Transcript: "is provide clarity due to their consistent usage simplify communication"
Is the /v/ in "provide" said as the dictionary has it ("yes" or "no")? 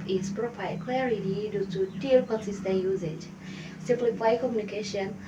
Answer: no